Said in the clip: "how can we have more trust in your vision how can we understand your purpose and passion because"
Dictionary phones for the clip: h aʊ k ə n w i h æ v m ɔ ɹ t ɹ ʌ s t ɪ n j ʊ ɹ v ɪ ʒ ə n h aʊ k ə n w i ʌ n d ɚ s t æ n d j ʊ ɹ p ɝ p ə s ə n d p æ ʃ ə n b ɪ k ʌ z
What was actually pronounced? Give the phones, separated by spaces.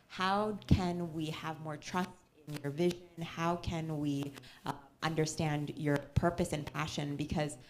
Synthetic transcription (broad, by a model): h aʊ k ə n w i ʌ v m ɔ ɹ t ɹ ʌ s t ɪ n j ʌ ɹ v ɪ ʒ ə n h aʊ k ə n w i ʌ n d ɚ s t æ n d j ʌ ɹ p ɝ p ə s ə n p æ ʃ ə n b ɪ k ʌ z